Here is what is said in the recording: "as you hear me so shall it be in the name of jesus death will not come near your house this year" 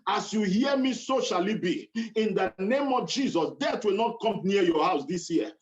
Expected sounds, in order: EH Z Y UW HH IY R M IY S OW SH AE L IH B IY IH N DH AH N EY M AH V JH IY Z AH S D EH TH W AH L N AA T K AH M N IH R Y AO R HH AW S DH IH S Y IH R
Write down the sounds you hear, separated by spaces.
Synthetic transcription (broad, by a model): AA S Y UW HH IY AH M IY S OW SH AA L IH B IY IH N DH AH N EY M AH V JH IY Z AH S D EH T W AH L N AA T K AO M N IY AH Y AO HH AW S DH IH S Y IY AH